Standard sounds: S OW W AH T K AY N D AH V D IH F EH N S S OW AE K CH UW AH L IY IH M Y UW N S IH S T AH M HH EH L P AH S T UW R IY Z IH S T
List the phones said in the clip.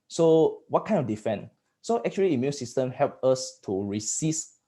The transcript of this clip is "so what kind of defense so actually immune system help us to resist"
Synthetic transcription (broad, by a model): S OW W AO T K AY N AH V D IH F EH N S S OW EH K CH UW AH L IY IH M Y UW N S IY S T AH M HH EH L P AH S T UW R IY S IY S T